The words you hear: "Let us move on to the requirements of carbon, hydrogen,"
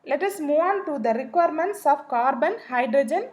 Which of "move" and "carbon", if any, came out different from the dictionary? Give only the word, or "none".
move